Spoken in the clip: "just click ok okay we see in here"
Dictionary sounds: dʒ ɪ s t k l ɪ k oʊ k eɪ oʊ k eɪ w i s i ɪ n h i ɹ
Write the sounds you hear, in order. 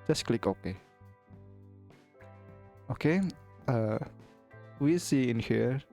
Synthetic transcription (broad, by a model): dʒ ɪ s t k l ɪ k oʊ k eɪ oʊ k eɪ w i s i ɪ n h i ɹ